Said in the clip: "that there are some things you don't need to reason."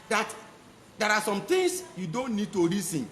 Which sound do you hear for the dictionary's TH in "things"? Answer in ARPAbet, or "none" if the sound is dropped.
T